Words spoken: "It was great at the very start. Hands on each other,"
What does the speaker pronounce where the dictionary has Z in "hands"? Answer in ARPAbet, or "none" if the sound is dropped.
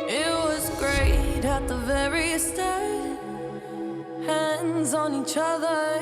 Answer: Z